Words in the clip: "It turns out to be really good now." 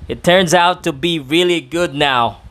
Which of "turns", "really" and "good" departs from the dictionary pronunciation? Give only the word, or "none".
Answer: none